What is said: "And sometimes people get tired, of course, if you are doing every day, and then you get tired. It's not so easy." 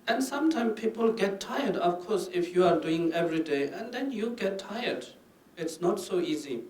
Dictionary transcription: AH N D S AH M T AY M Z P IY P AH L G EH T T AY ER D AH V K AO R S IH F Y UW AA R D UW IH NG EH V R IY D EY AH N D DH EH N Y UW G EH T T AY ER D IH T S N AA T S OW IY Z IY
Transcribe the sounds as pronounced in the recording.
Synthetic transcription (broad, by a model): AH N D S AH M T AY M P IY P AH L G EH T T AY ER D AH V K AO R S IH F Y UW AA R D UW IH NG EH V R IY D EY AH N D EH N Y UW G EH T T AY ER D IH T S N AA T S OW IY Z IY